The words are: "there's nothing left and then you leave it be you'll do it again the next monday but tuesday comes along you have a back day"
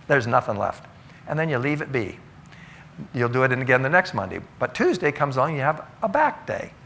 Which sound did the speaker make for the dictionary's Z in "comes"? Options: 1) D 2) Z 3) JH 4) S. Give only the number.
2